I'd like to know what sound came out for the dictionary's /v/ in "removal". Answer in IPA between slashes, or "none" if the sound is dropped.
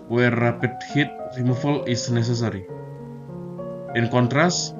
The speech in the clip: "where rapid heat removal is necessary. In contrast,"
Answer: /f/